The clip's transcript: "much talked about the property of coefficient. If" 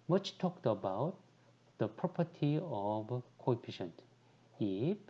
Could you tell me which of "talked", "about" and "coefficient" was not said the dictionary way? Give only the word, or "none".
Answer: coefficient